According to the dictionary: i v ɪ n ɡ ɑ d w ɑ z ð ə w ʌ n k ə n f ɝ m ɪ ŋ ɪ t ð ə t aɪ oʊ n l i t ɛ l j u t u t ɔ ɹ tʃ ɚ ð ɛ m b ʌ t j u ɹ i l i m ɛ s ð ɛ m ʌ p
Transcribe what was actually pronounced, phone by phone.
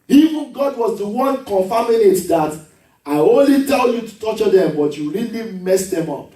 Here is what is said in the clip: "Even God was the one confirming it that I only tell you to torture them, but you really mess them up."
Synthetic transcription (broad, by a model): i v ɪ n ɡ ɑ d w ɑ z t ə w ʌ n k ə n f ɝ m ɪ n ɪ t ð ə t aɪ oʊ n l i t ɛ l j u t u t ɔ tʃ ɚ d ɛ m b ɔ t j u ɹ i l i m ɛ s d ɛ m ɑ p